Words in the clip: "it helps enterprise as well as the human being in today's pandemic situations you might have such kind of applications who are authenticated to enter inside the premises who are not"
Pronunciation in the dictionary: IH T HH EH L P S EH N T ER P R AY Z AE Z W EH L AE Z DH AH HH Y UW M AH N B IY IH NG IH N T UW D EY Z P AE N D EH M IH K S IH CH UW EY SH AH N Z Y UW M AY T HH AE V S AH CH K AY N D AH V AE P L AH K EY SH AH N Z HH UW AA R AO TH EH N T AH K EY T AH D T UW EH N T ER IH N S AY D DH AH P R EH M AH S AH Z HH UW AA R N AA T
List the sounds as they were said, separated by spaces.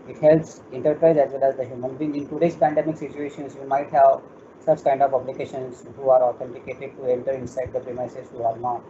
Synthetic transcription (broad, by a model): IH T HH EH L P S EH N T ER P R AY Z AE Z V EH L AE Z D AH HH Y UW M AH N B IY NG IH N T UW D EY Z P AE N D EH M IH K S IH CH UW EY SH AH N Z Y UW M AY T HH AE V S AH CH K AY N D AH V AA B L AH K EY SH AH N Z HH UW AA R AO T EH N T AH K EY T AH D T UW EH N T ER IH N S AY D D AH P R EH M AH S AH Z HH UW AA R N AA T